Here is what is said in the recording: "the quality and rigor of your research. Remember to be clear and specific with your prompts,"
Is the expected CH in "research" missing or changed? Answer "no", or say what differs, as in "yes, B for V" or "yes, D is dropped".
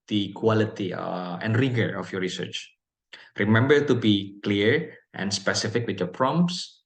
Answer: no